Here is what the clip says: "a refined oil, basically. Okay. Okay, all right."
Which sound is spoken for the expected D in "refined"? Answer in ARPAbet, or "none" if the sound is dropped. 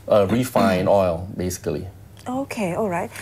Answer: none